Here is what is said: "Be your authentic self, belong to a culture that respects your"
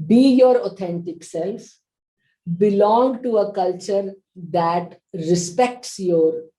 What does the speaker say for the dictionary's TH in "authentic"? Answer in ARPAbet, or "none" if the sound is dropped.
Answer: T